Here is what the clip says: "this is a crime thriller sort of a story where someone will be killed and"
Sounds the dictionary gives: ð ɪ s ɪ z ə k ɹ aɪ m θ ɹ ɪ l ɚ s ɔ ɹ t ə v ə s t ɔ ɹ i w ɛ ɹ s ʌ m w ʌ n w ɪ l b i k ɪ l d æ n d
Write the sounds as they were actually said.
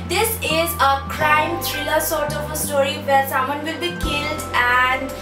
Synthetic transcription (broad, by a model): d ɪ s ɪ z ə k ɹ aɪ m t ɹ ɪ l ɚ s ɔ ɹ t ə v ə s t ɔ ɹ i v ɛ ɹ s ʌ m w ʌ n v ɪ l b i k ɪ l d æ n d